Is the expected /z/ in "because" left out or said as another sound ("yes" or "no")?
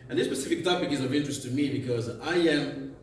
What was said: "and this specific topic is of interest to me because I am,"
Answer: no